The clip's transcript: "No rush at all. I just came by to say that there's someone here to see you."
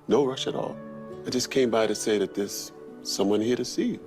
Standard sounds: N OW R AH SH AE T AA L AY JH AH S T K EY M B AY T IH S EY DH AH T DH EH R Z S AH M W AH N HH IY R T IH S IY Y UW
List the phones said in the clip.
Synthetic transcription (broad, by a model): N OW R AH SH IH T AA L AY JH AH S K EY M B AY T IH S EY DH AH T DH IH S AH M W AH N HH IY R T IH S IY